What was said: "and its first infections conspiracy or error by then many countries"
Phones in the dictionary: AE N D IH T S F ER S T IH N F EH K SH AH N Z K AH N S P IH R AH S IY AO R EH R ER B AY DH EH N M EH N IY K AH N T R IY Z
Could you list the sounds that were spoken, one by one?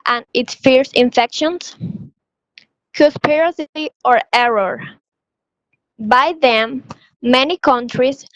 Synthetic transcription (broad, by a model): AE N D IH T S F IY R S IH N F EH K SH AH N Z K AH S P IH R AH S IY AO R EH R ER B AY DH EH M EH N IY K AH N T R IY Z